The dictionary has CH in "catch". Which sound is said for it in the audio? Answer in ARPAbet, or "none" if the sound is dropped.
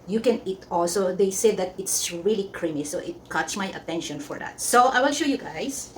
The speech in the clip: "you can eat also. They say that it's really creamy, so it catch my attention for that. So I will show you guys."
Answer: S